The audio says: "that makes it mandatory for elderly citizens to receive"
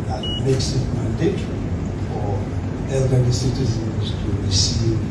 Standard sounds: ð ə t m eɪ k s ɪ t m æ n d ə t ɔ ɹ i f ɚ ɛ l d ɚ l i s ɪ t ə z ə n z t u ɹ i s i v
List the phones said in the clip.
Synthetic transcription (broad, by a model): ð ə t m eɪ k s ɪ t m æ n d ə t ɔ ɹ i f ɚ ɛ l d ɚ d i s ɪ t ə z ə n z t u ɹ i s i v